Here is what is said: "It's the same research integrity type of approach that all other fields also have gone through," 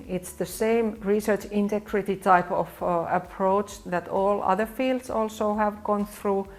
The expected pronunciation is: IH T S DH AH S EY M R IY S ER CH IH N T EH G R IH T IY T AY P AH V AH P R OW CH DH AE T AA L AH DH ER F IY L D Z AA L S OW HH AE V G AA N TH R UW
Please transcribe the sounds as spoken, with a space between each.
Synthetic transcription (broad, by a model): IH T S DH AH S EY M R IY S ER CH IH N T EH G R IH T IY T AY P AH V AH P R OW CH DH AE T AA L AH DH ER F IY L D S AA L S OW HH AE V G AA N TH R UW